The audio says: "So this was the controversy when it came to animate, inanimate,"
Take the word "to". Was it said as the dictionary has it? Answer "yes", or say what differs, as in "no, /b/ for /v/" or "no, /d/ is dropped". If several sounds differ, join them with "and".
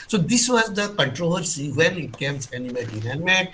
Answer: no, /s/ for /t/